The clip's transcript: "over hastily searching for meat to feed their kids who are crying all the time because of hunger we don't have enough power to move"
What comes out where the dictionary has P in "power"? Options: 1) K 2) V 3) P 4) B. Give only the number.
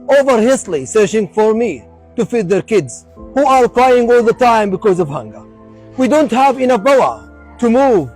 4